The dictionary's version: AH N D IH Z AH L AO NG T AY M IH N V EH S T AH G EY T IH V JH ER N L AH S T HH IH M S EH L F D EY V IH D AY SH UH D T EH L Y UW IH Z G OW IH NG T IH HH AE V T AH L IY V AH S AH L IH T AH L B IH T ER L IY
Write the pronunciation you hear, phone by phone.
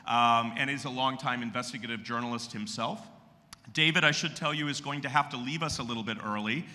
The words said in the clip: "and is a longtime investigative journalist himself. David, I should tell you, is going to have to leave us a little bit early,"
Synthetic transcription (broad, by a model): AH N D IH Z AH L AO NG T AY M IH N V EH S T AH G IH T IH V JH ER N L AH S T HH IH M S EH L F D EY V IH D AY SH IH D T EH L Y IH IH Z G OW IH NG T IH HH AE F T AH L IY V AH S AH L IH T L B IH T ER L IY